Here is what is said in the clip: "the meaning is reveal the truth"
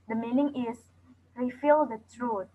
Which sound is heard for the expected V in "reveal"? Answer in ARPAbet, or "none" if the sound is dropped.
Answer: F